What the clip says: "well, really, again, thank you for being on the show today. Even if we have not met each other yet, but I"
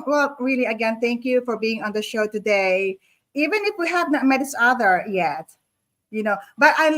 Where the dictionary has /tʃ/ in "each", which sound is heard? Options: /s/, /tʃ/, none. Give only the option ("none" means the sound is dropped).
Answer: /s/